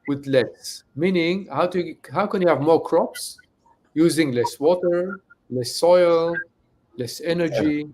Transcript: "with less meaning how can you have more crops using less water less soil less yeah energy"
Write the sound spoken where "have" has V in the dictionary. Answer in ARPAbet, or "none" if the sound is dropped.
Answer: V